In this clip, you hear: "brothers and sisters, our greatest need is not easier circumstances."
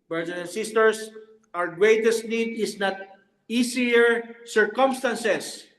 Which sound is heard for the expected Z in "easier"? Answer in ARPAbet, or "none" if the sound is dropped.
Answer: S